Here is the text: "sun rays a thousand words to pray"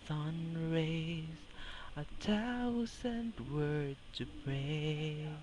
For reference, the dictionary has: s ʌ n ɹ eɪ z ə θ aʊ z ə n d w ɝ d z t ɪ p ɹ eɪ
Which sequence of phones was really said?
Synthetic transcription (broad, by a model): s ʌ n ɹ eɪ z ə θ aʊ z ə n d w ɝ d t ɪ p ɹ eɪ